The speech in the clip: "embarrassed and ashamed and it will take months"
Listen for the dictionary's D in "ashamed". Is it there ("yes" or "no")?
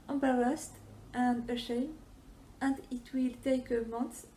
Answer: no